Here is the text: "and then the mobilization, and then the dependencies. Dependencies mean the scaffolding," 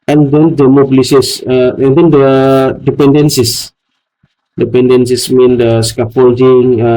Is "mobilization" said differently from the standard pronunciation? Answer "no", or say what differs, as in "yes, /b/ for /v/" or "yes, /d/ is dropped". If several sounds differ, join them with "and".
yes, /s/ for /z/ and /s/ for /ʃ/ and /n/ is dropped